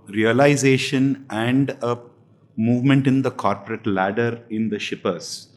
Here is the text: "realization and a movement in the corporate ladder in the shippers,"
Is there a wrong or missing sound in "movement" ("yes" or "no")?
no